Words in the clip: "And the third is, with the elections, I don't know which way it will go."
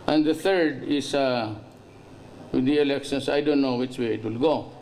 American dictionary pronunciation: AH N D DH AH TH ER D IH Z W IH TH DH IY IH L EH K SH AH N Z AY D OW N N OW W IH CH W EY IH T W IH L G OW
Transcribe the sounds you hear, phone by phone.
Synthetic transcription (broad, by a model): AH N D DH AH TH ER D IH S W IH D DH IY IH L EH K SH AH N S AY D OW N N OW W IH CH W EY IH T W IH L G OW